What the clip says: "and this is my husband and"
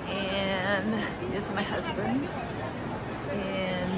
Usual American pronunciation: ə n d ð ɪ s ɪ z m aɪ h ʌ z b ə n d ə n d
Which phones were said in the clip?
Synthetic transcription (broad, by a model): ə n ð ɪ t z m aɪ h ʌ z b ə n d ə n